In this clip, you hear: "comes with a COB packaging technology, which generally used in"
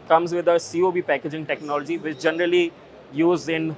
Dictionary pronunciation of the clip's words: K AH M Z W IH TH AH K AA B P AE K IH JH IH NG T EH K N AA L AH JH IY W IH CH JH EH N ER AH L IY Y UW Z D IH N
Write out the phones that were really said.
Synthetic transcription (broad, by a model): K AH M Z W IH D AH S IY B P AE K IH JH IH NG T EH K N AA L AH JH IY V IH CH JH EH N ER AH L IY Y UW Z IH N